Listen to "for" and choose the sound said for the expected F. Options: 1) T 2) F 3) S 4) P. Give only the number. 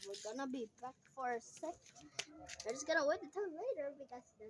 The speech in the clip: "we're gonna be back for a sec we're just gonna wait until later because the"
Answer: 2